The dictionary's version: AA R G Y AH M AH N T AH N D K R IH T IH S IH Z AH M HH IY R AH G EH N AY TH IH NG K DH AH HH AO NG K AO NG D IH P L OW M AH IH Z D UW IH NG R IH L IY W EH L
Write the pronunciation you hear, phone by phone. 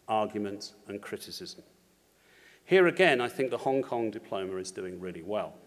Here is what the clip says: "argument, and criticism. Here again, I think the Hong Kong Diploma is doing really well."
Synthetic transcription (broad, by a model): AA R G Y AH M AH N T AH N K R IH T IH S IH Z AH M HH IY R AH G EH N AY TH IH NG K DH AH HH AO NG K AO NG D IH P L OW M AH IH Z D UW IH NG R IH L IY W EH L